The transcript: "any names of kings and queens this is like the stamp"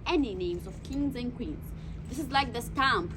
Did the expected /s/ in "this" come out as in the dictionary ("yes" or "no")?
yes